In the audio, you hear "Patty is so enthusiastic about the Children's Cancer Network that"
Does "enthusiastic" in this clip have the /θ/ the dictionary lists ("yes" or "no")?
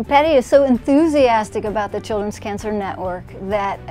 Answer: yes